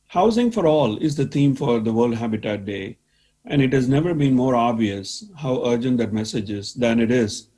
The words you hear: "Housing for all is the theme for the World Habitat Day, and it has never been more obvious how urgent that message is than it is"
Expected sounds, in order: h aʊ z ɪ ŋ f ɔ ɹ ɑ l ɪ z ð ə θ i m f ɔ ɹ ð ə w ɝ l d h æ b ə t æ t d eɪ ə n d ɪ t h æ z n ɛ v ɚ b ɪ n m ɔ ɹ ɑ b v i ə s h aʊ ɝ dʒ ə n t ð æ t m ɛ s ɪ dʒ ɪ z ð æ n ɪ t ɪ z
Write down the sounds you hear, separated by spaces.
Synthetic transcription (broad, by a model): h aʊ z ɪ ŋ f ɔ ɹ ɑ l ɪ z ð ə t i m f ɔ ɹ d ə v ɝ l d h æ b ə t æ t d eɪ ə n d ɪ t h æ z n ɛ v ɚ b ɪ n m ɔ ɹ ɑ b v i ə s h aʊ ɝ dʒ ə n t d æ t m ɛ s ɪ dʒ ɪ z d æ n ɪ t ɪ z